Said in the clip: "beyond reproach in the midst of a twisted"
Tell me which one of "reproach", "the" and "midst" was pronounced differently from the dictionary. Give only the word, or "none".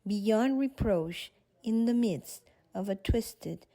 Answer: none